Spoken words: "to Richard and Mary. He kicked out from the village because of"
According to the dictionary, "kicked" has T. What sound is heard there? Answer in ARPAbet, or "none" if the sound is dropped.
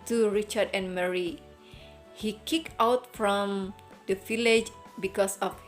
none